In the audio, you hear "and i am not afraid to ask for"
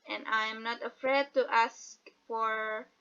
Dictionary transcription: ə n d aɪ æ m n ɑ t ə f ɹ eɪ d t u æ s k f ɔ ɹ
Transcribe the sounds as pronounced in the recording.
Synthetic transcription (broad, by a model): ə n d aɪ m n ɑ t ə f ɹ eɪ d t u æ s k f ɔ ɹ